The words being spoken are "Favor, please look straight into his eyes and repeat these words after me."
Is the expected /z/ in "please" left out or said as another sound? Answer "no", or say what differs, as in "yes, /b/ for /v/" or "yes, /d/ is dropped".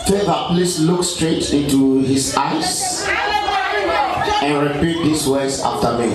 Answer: yes, /s/ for /z/